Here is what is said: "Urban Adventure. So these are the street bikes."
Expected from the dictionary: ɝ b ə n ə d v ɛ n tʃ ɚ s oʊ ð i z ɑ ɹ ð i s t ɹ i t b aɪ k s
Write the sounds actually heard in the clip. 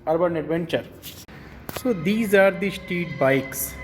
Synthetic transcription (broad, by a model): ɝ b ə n ə d v ɛ n tʃ ɚ s oʊ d i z ɑ ɹ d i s t i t b aɪ k s